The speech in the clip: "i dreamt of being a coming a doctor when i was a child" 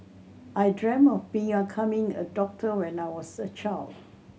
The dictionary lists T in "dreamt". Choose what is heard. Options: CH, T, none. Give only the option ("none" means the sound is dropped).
none